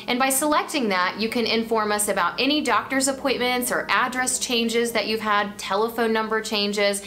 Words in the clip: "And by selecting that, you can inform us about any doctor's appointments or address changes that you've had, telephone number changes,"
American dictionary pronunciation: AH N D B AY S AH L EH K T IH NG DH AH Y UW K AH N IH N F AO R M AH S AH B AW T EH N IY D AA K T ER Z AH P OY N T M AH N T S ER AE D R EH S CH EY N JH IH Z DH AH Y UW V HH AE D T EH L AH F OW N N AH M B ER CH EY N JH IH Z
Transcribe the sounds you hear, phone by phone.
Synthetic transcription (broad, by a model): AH N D B AY S AH L EH K T IH NG DH AH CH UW K AH N IH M F AO R M AH S AH B AW T EH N IY D AA K T ER Z AH P OY N T M AH N T S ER AE D R EH S CH EY N JH IH Z DH AH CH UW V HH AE D T EH L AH F OW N N AH M B ER CH EY N JH IH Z